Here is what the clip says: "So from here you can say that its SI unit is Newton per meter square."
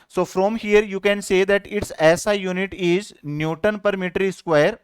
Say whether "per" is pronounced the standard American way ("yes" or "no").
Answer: yes